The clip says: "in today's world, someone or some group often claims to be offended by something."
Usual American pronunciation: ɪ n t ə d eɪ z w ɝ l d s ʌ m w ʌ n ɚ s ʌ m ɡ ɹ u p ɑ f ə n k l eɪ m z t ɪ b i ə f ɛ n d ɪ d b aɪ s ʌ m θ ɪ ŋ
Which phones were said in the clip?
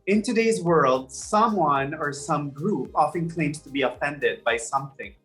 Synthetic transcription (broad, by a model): ɪ n t ə d eɪ z w ɝ l d s ʌ m w ʌ n ɚ s ʌ m ɡ ɹ u p ɑ f ə n k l eɪ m t ɪ b i ə f ɛ n d ɪ d b aɪ s ʌ m θ ɪ ŋ